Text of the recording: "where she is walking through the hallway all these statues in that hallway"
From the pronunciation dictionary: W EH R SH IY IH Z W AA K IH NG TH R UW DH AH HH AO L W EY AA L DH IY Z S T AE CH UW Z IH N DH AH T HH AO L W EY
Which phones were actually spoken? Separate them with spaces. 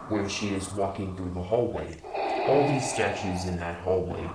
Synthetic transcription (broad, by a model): W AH R SH IY IH Z W AA K IH NG TH R UW DH AH HH AO L W EY AA L DH IY Z S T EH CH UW Z IH N DH AH T HH AO L W EY